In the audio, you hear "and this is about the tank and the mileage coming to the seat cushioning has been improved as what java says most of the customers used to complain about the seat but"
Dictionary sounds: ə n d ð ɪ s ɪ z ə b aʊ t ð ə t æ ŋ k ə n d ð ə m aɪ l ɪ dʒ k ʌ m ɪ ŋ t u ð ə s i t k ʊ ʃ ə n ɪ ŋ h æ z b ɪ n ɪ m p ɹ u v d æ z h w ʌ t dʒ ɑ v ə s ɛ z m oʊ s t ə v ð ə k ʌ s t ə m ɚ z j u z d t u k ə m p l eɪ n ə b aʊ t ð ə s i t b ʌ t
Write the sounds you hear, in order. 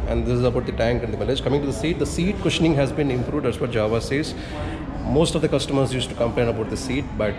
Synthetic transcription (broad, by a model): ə n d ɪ s ɪ z ə b aʊ t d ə t æ ŋ k ə n d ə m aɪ l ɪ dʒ k ʌ m ɪ ŋ t u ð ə s i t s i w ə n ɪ ŋ h æ z b ɪ n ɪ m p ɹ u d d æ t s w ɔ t dʒ ɑ v ə s ɛ z m oʊ s t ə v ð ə k ʌ s t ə m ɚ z j u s t u k ə m p l eɪ n ə b aʊ t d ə s i t b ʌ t